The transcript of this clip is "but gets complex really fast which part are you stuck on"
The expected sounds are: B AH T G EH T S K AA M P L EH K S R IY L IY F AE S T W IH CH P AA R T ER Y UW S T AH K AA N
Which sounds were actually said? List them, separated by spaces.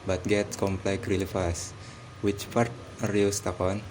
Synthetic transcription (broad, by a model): B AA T G EH T S K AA M P L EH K R IY L IY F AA S W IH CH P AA R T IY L S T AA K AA N